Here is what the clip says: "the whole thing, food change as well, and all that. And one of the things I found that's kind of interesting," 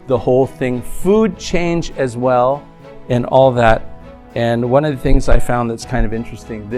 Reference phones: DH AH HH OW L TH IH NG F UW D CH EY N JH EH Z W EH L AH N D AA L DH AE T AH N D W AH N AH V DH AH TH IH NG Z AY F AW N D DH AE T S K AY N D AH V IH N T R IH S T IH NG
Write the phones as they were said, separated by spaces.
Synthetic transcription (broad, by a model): DH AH HH OW L TH IH NG F UW D CH EY N JH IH Z W EH L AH N AA L DH AE T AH N W AH N AH V DH AH TH IH NG Z AY F AW N DH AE T S K AY N D AH V IH N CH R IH S T IH NG